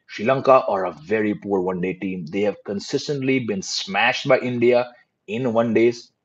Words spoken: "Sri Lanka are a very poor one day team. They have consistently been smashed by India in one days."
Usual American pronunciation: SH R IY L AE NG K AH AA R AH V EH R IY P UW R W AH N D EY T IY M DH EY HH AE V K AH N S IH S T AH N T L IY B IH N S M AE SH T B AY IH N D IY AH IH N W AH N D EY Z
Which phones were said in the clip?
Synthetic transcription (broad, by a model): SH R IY L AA NG K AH AA R AH V EH R IY P UW R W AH N D EY T IY M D EY HH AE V K AH N S IH S T AH N T L IY B IH N S M AE SH T B AY IH N D IY AH IH N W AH N D EY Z